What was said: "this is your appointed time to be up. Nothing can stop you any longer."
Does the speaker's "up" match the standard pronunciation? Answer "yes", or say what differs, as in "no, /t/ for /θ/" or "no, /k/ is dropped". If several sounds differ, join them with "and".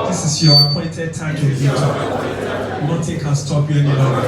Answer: no, /b/ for /p/